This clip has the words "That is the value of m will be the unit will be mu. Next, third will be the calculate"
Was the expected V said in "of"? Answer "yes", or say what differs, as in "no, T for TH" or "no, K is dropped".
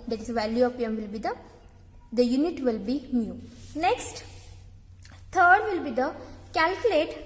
no, P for V